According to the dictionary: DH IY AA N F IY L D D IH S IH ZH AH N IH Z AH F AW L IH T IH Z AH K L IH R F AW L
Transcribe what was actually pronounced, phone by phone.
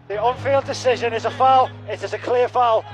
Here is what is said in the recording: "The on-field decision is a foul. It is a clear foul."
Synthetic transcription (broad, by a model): DH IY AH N F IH L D D IH S IH ZH AH N IH Z AH F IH L IH T IH Z AH K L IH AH F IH L